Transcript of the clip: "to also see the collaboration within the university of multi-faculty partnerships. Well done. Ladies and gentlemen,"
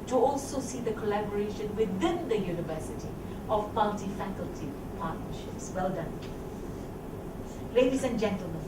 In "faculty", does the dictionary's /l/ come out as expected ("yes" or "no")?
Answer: yes